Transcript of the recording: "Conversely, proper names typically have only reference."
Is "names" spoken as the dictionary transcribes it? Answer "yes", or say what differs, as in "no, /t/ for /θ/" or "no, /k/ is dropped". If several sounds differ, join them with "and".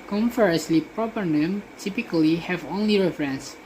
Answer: no, /z/ is dropped